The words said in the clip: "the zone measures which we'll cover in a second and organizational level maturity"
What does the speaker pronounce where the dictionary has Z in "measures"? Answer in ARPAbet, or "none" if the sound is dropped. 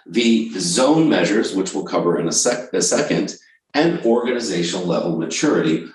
Z